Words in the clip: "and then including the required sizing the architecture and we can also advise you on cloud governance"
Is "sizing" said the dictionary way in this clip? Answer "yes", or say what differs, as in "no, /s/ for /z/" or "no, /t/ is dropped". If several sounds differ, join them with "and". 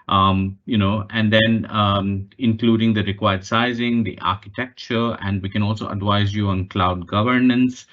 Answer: yes